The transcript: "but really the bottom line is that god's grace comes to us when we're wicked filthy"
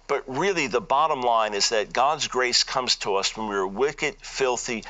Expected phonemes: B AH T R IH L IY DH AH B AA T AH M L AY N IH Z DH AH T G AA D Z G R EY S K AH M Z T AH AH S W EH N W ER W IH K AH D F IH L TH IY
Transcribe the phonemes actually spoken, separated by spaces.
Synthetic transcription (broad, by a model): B AH T R IH L IY DH AH B AA T AH M L AY N IH Z DH AH T G AA D Z G R EY S K AH M Z T AH AH S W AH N W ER W IH K AH D F IH L TH IY